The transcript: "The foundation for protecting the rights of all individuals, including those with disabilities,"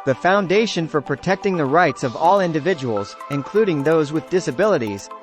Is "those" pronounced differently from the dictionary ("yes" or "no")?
no